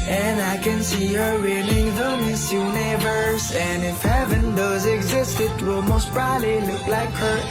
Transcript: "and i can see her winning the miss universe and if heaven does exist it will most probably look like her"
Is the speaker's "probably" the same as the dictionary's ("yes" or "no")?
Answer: no